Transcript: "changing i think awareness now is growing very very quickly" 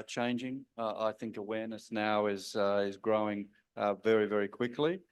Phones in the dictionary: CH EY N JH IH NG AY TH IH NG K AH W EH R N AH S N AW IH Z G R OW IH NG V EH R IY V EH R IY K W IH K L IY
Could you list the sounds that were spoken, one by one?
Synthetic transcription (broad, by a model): CH EY N JH IH NG AY TH IH NG K AH W EH R N AH S N AW IH Z G R OW IH NG V EH R IY V EH R IY K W IH K L IY